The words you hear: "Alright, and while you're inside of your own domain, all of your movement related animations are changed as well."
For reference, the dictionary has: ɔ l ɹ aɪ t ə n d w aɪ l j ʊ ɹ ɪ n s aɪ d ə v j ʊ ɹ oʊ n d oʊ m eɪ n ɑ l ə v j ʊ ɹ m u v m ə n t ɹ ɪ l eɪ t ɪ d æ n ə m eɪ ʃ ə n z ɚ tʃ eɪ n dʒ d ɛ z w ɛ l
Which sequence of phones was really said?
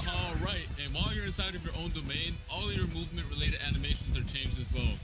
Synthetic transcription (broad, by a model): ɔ l ɹ aɪ t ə n w aɪ l j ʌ ɹ ɪ n s aɪ d ə v j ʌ ɹ oʊ n d oʊ m eɪ n ɑ l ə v j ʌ ɹ m u v m ə n t ɹ ɪ l eɪ t ɪ d æ n ə m eɪ ʃ ə n z ɚ tʃ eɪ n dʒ ɪ z w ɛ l